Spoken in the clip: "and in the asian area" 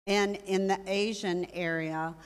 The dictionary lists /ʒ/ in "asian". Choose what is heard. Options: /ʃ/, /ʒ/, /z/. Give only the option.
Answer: /ʒ/